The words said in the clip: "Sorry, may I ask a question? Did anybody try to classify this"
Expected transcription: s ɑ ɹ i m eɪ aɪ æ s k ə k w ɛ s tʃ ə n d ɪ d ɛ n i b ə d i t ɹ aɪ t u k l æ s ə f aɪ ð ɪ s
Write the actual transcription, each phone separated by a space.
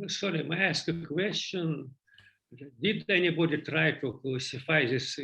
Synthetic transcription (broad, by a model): s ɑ ɹ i m aɪ æ s k ə k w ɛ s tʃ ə n d ɪ d ɛ n i b ə d i t ɹ aɪ t u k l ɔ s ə f aɪ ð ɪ s